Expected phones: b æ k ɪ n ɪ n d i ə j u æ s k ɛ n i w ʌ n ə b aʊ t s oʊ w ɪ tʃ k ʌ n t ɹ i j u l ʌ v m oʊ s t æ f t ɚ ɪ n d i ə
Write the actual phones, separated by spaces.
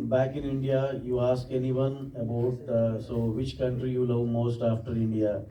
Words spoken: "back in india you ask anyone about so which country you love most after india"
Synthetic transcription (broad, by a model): b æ k ɪ n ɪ n d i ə j u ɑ s k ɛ n i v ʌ n ə b aʊ t s oʊ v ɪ tʃ k ʌ n t ɹ i j u l ʌ v m oʊ s t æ f t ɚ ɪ n d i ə